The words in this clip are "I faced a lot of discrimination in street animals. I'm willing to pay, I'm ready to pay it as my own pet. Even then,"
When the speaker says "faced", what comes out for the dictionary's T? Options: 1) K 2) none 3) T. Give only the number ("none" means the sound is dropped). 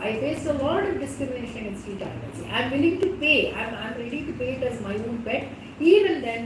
2